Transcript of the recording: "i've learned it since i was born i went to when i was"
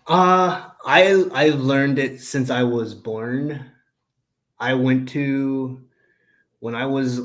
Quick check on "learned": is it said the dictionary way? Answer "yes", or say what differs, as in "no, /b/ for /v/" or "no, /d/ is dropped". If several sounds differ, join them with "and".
yes